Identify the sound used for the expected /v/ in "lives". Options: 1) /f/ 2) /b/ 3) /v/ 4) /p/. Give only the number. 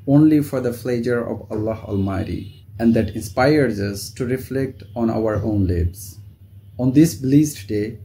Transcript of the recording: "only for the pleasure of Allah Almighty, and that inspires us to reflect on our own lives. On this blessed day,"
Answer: 2